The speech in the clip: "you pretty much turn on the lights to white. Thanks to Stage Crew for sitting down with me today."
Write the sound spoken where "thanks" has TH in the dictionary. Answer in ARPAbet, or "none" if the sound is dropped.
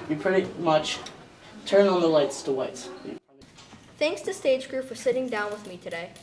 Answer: TH